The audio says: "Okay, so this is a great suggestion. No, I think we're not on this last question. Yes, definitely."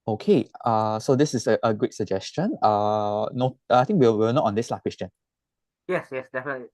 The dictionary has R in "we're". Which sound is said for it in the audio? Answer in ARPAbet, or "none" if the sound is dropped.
W